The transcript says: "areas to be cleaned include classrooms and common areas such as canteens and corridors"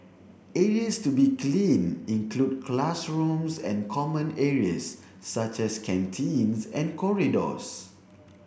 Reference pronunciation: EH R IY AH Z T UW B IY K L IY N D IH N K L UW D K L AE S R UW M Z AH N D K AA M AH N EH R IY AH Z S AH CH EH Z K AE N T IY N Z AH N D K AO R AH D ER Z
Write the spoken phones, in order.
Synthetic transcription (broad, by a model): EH R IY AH S T UW B IY K L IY N IH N K L UW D K L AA S R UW M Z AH N K AA M AH N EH R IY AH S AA CH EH S K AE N T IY N S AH N K AO R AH D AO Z